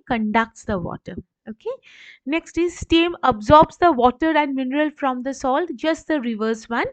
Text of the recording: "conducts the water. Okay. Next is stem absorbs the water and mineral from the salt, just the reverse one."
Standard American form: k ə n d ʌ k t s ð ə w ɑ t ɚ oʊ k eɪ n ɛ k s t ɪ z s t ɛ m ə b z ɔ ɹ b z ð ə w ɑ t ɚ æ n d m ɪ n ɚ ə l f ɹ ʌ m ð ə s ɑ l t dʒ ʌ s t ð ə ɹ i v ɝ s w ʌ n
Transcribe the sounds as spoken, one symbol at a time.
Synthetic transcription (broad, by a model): k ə n d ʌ k t s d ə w ɑ t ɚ oʊ k eɪ n ɛ k s t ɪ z s t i m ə b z ɔ ɹ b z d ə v ɑ t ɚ æ n d m ɪ n ɚ ə l f ɹ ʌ m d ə s ɑ l t dʒ ʌ s t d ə ɹ i v ɝ s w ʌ n